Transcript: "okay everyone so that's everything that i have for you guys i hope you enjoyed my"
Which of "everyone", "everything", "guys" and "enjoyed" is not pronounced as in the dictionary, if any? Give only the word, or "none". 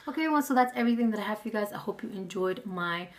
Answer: everyone